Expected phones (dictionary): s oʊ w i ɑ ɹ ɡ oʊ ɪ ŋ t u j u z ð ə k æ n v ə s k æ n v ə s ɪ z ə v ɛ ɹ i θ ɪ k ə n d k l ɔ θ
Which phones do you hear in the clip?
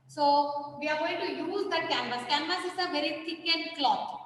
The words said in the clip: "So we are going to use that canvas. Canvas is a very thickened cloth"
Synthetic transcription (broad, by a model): s oʊ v i ɑ ɹ ɡ oʊ ɪ ŋ t u j u z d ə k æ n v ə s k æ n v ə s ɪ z ə v ɛ ɹ i t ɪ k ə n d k l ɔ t